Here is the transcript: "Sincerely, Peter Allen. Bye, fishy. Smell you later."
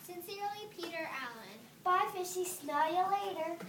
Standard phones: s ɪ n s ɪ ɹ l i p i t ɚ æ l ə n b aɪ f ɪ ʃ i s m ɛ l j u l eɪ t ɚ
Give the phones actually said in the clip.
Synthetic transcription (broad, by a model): s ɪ n s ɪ ɹ l i p i t ɚ æ l ə n b aɪ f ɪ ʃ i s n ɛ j l eɪ t ɚ